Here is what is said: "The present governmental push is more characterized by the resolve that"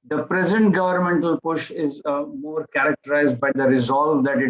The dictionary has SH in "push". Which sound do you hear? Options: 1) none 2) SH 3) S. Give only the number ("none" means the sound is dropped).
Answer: 2